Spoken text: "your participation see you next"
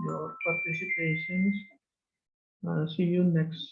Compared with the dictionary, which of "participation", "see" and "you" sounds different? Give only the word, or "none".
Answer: participation